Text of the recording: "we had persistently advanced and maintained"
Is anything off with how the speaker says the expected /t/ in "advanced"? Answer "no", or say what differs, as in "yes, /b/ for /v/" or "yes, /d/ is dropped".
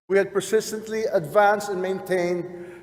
no